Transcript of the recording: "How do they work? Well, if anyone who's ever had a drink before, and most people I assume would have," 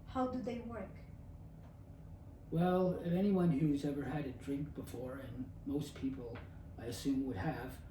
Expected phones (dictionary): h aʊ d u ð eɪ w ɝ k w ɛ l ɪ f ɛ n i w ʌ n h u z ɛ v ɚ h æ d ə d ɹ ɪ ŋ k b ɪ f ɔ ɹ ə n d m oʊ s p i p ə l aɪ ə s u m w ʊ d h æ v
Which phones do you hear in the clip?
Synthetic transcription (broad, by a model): h aʊ d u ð eɪ w ɝ k w ɛ l ɪ f ɛ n i w ʌ n h u z ɛ v ɚ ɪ d ə d ɹ ɪ ŋ k b ɪ f ɔ ɹ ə n m oʊ s p i p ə l aɪ ə s u m w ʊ d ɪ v